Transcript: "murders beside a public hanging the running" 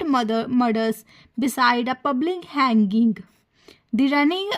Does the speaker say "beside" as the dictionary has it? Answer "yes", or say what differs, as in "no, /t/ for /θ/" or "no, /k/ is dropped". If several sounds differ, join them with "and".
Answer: yes